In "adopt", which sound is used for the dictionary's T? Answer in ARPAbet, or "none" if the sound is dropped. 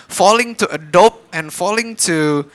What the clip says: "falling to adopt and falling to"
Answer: none